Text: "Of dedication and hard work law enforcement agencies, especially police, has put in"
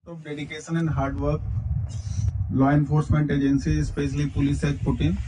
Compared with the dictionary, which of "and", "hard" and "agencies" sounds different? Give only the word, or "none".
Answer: agencies